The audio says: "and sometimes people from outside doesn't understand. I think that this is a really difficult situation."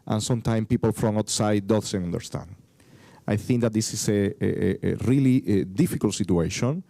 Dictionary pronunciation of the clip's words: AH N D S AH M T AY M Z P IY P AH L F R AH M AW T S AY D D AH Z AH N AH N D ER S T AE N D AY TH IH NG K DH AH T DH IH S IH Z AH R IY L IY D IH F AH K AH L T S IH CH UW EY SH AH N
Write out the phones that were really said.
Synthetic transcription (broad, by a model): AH N S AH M T AY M P IY P AH L F R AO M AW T S AY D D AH S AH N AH N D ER S T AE N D AY TH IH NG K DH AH T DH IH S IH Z AH R IY L IY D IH F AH K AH L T S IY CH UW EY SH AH N